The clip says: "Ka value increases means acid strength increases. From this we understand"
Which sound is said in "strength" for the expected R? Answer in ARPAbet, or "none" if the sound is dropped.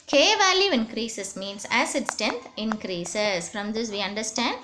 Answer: none